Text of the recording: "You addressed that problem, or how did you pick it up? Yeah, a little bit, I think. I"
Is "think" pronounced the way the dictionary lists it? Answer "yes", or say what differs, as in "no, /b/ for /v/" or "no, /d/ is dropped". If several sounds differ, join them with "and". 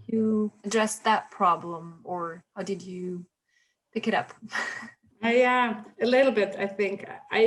yes